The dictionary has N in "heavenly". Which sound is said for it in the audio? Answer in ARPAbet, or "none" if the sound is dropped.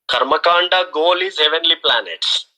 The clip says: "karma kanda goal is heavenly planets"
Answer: N